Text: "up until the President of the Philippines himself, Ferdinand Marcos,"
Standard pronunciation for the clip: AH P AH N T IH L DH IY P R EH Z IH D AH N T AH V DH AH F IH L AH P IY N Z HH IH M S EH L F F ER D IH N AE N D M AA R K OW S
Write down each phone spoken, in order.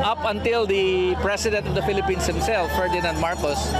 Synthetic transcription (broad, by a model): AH P AH N T IH L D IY P R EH S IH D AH N T AH V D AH F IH L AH P IY N S HH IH M S EH L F F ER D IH N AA N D M AA R K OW S